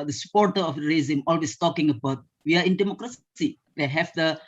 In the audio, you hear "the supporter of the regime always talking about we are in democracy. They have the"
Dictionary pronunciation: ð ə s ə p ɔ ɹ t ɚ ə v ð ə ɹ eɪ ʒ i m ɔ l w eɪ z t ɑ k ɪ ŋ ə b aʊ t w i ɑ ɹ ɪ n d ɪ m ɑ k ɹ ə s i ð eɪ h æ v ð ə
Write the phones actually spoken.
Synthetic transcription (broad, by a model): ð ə s ə p ɔ ɹ t ɚ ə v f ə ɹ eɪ z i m ɔ l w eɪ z t ɑ k ɪ ŋ ə b aʊ t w i ɑ ɹ ɪ n d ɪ m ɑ k ɹ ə s i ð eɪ h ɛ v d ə